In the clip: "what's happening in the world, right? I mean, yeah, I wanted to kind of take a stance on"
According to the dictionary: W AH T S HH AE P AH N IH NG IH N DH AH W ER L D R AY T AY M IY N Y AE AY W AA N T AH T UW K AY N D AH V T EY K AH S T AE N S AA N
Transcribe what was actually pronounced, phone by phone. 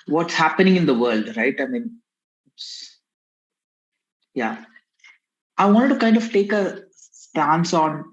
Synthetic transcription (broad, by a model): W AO T S HH AE P AH N IH NG IH N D AH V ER L D R AY T AY M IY N Y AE AY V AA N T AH T UW K AY N D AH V T EY K AH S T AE N S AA N